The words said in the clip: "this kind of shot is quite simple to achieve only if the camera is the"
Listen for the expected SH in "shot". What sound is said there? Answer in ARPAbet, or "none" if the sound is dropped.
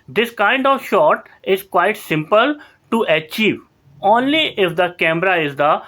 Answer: SH